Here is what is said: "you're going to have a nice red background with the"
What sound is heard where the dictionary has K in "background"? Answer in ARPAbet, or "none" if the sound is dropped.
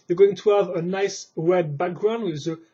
K